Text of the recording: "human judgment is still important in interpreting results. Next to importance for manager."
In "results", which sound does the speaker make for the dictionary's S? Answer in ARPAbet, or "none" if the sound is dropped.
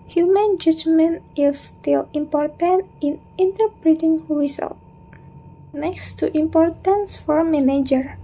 none